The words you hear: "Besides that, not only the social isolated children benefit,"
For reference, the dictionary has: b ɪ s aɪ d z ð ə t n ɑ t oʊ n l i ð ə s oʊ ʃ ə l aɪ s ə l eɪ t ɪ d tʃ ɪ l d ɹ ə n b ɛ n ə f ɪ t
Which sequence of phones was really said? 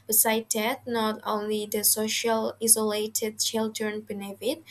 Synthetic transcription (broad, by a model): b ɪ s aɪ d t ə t n ɑ t oʊ n l i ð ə s oʊ ʃ ə l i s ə l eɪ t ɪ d tʃ ɪ l d ɹ ə n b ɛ n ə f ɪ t